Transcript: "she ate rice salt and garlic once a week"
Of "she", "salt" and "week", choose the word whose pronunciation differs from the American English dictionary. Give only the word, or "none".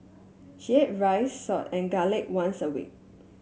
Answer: salt